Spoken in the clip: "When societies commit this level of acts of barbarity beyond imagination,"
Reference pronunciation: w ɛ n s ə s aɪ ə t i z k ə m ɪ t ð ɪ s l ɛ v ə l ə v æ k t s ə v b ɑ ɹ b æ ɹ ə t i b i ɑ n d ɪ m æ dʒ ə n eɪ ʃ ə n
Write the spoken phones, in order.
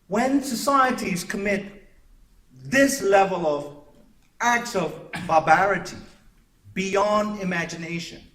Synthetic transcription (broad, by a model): w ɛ n s ə s aɪ ə t i z k ə m ɪ t ð ɪ s l ɛ v ə l ə v æ k t s ə v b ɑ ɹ b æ ɹ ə t i b i ɑ n d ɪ m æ dʒ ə n eɪ ʃ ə n